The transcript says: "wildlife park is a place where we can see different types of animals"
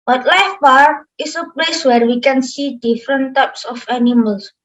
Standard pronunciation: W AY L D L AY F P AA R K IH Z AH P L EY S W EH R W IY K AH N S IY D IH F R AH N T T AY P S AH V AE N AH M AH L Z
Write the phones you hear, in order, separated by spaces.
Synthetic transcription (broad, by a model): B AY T L AY F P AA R IH S AH P L EY S W EH R W IY K AH N S IY D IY F R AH N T T AY P S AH F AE N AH M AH L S